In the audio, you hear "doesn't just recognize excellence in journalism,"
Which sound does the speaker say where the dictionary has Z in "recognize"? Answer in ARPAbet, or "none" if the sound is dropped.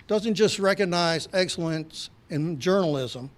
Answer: Z